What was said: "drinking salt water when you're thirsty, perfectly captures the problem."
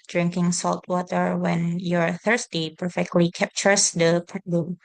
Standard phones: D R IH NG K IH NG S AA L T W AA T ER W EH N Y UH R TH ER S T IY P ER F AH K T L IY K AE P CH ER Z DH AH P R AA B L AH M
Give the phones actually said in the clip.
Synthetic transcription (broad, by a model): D R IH NG K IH NG S AA L T W AA T ER W EH N Y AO R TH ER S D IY P ER F AH K T L IY K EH P CH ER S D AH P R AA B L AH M